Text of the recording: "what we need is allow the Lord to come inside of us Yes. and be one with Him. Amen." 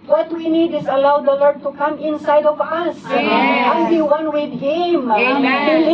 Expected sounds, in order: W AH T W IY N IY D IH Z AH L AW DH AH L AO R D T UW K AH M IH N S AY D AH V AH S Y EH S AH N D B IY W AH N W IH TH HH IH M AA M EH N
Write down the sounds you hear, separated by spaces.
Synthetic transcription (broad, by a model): W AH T W IY N IY D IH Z AH L AW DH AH L AO R D T UW K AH M IH N S AY D AH V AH S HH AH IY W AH N W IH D HH IH M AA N